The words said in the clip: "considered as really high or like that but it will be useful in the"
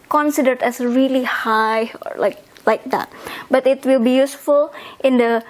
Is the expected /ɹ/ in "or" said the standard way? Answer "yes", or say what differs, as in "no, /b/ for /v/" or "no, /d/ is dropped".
no, /l/ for /ɹ/